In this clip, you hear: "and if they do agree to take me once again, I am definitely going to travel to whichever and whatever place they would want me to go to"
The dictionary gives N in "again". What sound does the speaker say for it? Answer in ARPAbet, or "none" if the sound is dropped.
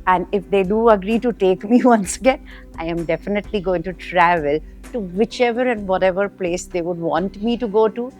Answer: N